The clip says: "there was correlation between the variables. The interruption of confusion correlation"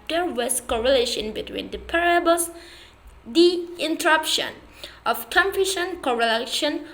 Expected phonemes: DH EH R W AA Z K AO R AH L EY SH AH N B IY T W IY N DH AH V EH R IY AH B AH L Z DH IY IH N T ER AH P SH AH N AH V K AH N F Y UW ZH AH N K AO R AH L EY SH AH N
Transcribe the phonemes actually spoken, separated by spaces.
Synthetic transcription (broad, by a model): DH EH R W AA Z K AO R AH L EY SH AH N B IY T W IY N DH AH P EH R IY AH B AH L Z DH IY IH N T ER AH P SH AH N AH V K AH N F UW SH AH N K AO R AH L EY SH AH N